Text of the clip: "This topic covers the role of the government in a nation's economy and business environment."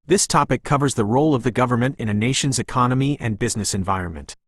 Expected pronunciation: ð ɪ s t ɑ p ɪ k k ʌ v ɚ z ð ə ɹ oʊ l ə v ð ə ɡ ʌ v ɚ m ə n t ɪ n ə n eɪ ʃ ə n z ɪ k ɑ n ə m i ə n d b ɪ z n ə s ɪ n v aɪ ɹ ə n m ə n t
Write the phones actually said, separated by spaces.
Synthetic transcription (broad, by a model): ð ɪ s t ɑ p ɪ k k ʌ v ɚ z ð ə ɹ oʊ l ə v ð ə ɡ ʌ v ɚ m ə n t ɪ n ə n eɪ ʃ ə n z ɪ k ɑ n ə m i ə n b ɪ z n ə s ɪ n v aɪ ɹ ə n m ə n t